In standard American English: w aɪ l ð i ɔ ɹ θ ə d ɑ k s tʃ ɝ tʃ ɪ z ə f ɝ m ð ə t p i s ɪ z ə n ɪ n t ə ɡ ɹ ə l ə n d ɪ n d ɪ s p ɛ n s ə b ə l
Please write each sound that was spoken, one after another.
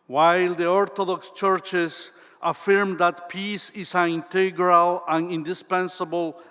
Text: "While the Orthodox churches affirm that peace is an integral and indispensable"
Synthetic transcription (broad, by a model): w aɪ l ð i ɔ ɹ t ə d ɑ k s tʃ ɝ tʃ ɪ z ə f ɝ m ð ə t p i s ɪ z ə n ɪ n t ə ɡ ɹ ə l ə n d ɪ n d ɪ s p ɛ n s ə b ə l